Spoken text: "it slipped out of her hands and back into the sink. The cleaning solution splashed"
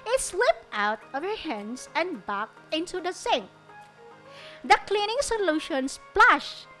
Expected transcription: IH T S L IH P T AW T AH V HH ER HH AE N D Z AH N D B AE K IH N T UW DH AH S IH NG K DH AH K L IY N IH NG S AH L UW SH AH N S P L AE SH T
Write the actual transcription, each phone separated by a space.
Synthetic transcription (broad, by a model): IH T S W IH P T AW T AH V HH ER HH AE N D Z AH N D B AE K IH N T UW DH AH S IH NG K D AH K L IY N IH NG S AH L UW SH AH N S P L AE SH